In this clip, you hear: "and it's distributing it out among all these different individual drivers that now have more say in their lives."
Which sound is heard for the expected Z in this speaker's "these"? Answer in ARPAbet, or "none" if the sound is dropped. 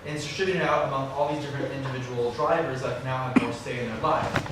Z